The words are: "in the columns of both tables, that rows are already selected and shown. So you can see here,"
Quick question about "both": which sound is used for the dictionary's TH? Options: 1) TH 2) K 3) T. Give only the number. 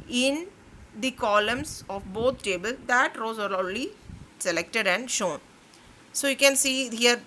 3